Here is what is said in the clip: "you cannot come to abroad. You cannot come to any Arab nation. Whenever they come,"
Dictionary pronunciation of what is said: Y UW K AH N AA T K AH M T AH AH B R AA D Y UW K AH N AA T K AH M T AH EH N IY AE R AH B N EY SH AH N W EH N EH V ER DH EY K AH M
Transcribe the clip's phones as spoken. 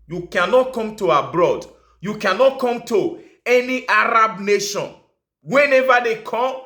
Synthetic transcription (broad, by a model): Y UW K AH N AA T K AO M T AH AH B R AA D Y UW K AH N AA T K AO M T AH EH N IY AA R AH B N EY SH AH N W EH N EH V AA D EY K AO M